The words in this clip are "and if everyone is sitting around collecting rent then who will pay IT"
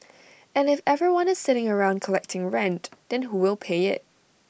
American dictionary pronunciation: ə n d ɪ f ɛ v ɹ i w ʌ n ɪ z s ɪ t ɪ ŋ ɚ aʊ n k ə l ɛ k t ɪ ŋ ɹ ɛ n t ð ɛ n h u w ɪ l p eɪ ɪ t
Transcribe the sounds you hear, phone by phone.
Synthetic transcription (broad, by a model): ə n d ɪ f ɛ v ɹ i w ʌ n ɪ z s ɪ t ɪ ŋ ɚ aʊ n k ə l ɛ k t ɪ ŋ ɹ ɛ n t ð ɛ n h u w ɪ l p eɪ ɪ t